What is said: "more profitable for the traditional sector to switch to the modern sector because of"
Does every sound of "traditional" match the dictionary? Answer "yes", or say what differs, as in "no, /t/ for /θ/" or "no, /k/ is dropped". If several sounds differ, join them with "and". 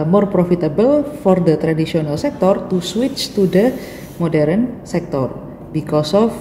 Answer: no, /s/ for /ʃ/